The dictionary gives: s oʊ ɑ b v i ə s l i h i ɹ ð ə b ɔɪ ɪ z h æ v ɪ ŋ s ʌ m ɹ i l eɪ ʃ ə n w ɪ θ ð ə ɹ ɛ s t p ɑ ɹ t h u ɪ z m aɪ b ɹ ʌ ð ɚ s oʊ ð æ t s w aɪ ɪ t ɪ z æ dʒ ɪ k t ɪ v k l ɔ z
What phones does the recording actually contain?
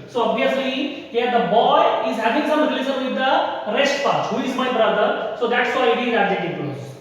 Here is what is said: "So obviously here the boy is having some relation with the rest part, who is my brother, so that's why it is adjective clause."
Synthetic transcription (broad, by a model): s oʊ ɑ b v i ə s l i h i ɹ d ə b ɔɪ ɪ z h æ v ɪ ŋ s ʌ m l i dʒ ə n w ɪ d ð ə ɹ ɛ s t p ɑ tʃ h u ɪ z m aɪ b ɹ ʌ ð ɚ s oʊ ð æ t s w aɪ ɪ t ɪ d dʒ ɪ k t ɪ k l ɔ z